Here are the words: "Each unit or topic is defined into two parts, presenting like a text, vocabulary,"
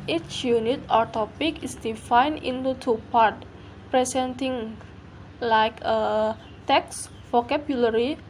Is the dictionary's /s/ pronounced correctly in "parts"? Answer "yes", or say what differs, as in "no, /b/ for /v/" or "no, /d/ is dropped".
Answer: no, /s/ is dropped